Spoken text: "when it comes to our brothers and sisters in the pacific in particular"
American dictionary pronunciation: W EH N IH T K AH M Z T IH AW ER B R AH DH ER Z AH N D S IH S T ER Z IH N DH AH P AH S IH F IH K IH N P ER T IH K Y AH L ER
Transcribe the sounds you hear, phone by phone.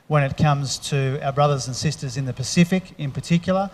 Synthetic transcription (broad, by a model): W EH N IH T K AH M Z T IH AW ER B R AH DH ER Z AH N S IH S T ER Z IH N DH AH P AH S IH F IH K IH N P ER T IH K Y L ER